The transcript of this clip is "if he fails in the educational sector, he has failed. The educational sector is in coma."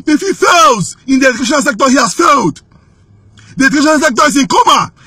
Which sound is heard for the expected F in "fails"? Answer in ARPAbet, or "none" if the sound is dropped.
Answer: F